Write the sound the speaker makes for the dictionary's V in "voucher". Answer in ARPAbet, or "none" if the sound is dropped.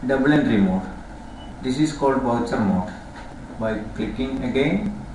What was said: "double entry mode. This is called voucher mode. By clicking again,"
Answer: B